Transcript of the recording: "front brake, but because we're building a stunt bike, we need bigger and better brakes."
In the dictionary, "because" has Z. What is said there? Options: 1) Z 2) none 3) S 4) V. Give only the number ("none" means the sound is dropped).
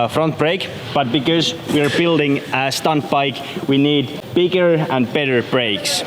1